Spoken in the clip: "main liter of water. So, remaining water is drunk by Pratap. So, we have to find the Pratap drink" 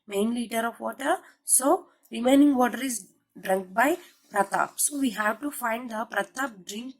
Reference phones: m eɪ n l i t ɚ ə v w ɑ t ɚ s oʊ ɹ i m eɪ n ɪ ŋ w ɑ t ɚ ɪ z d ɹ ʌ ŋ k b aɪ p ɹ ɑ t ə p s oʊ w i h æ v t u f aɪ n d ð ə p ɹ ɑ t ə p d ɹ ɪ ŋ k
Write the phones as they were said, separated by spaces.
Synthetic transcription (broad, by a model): m eɪ n l i t ɚ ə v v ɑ t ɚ s oʊ ɹ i m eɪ n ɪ ŋ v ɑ t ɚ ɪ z d ɹ ʌ ŋ k b aɪ p ɹ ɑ t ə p s oʊ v i h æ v t u f aɪ n d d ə p ɹ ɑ t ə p d ɹ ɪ ŋ k